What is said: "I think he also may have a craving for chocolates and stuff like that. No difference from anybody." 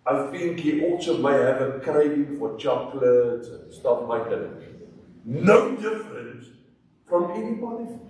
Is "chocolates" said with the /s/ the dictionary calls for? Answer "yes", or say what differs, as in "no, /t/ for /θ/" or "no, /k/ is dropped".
no, /s/ is dropped